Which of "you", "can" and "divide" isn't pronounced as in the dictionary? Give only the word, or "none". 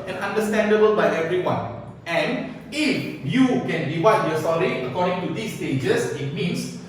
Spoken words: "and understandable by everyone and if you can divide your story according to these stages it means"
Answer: divide